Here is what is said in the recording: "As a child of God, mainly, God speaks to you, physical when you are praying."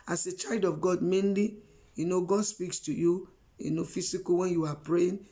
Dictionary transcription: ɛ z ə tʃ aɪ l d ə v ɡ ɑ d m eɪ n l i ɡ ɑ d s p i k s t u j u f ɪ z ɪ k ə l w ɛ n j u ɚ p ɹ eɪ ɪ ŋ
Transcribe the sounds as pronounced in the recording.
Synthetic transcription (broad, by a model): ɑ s ə tʃ aɪ l d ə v ɡ ɑ d m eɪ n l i ɡ ɑ d s p i k s t u j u f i s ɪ k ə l w ɛ n j u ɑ p ɹ eɪ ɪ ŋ